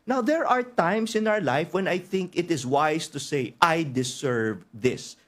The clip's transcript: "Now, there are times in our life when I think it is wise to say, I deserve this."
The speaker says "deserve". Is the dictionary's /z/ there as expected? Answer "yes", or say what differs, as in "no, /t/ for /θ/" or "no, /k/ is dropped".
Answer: no, /s/ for /z/